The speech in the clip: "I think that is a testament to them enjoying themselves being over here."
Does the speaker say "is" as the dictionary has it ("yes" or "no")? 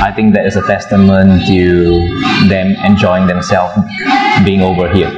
no